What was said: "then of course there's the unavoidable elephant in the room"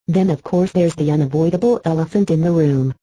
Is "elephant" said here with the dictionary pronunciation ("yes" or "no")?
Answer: yes